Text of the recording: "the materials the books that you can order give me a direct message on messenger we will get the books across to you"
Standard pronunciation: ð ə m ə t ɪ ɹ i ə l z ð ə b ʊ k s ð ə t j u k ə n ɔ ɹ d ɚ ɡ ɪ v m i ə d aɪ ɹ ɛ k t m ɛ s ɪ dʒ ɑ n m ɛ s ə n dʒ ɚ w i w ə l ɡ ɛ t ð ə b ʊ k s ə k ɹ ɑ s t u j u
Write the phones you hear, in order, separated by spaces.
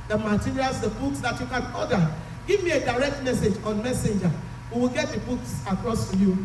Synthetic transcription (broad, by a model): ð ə m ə t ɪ ɹ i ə l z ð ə b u k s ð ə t j u k ə n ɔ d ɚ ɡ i v m i ə d aɪ ɹ ɛ k t m ɛ s ɪ dʒ ɑ n m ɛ s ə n dʒ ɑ w i w ə l ɡ ɛ t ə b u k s ə k ɹ ɑ s t u j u